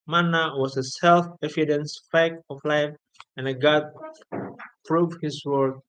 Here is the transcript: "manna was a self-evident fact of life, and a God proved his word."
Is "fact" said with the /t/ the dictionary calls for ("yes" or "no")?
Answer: no